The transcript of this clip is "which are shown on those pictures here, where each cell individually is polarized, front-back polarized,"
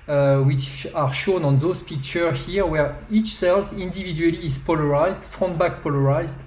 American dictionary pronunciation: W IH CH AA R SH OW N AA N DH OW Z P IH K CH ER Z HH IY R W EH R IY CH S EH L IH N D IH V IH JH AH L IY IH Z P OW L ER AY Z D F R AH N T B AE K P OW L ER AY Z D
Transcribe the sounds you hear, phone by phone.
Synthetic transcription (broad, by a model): W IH CH AA R SH OW N AA N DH OW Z P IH K CH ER HH IY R W EH R IY CH S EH L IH N D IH V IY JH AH L IY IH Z P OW L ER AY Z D F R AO N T B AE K P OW L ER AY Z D